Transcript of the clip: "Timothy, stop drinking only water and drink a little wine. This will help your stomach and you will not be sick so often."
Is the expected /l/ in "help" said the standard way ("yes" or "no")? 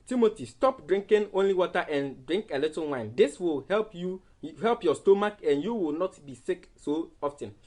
yes